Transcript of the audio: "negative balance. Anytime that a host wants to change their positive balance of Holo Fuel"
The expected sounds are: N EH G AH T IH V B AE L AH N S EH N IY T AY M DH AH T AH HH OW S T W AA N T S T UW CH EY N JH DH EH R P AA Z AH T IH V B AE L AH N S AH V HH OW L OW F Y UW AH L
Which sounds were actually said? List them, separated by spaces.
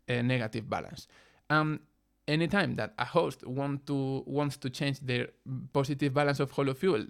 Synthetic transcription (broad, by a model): N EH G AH T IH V B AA L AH N S EH N IY T AY M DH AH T AH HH OW S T W AA N T S T UW CH EY N JH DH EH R P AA S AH T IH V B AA L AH N S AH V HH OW L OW F Y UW L